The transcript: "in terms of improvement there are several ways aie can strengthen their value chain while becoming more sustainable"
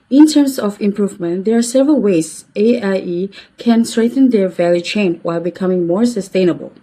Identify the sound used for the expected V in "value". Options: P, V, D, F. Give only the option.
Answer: V